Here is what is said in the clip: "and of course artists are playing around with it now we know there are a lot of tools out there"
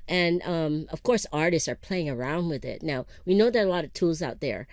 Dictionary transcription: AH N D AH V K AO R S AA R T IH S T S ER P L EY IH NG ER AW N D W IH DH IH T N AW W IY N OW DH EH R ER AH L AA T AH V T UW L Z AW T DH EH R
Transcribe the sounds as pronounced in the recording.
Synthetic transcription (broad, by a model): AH N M AH V K AO R S AA R T IH S T S ER P L EY IH NG ER AW N D W IH DH IH T N AW W IY N OW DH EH R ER AH L AA T AH V T UW L Z AW T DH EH R